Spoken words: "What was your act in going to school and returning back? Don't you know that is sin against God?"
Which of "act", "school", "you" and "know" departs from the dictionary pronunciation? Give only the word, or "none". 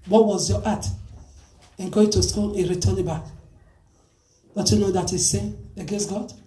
act